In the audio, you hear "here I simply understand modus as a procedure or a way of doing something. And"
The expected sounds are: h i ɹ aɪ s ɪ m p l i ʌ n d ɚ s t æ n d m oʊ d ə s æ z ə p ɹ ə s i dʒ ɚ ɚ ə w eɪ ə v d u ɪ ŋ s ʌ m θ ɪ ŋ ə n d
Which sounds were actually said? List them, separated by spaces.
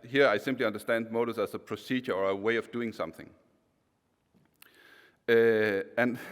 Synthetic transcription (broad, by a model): h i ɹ aɪ s ɪ m p l i ʌ n d ɚ s t æ n d m oʊ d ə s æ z ə p ɹ ə s i dʒ ɚ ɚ ə w eɪ ə v d u ɪ ŋ s ʌ m θ ɪ ŋ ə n